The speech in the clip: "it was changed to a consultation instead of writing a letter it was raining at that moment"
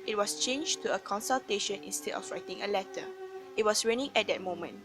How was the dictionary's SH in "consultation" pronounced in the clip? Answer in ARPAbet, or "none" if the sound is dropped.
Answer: SH